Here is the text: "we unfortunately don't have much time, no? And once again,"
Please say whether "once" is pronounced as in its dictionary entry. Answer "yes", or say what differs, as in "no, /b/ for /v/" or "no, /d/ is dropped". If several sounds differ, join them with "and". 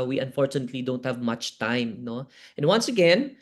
yes